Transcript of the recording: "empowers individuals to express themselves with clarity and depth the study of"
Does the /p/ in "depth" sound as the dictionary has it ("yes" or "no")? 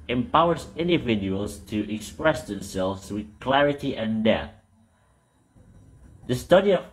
no